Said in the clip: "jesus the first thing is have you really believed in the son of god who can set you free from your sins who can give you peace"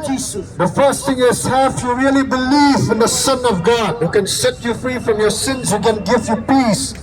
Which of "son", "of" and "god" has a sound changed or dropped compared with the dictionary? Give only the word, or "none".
none